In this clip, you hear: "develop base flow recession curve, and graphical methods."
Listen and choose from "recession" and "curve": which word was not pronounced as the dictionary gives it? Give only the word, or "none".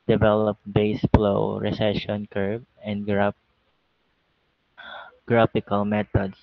curve